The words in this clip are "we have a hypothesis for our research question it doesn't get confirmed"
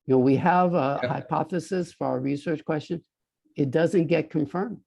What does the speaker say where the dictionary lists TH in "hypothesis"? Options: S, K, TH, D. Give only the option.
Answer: TH